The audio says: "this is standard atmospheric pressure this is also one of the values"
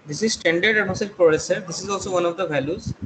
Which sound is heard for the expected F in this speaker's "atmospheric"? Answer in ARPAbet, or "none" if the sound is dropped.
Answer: none